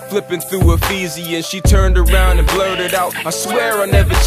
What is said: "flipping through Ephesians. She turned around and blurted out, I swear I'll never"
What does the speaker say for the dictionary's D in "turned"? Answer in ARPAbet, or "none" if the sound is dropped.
D